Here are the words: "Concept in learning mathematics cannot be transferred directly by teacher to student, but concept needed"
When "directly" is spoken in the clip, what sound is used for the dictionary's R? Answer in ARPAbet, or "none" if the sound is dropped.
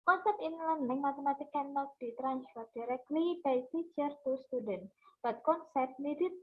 R